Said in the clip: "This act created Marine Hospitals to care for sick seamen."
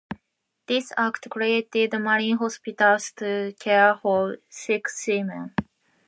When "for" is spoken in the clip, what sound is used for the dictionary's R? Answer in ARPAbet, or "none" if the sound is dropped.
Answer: L